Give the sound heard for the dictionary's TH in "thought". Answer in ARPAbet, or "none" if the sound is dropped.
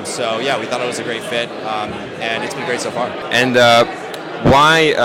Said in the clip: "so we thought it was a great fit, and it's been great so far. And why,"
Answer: TH